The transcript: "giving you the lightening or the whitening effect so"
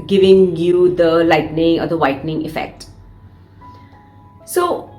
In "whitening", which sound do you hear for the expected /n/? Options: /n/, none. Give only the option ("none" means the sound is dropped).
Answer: /n/